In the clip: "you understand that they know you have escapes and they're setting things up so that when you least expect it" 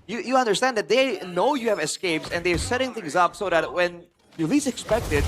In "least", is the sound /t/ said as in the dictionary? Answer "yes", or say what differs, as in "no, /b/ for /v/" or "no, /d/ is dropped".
no, /t/ is dropped